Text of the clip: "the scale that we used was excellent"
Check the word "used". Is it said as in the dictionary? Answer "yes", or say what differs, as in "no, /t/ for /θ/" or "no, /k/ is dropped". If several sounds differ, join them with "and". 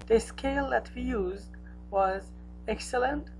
yes